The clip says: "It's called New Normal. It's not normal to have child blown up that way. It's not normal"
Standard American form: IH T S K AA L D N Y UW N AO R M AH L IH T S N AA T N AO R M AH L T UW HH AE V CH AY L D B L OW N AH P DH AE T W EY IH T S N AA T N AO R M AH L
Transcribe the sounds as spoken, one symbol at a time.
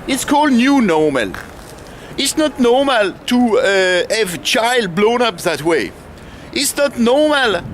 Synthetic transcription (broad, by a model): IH T S K AA L D N Y UW N AO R M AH L IH T S N AA T N AO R M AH L T UW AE V CH AY L D B L OW N AH P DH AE T W EY IH T S N AA T N AO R M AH L